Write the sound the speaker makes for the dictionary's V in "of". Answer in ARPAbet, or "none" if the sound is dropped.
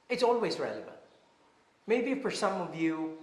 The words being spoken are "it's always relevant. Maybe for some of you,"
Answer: V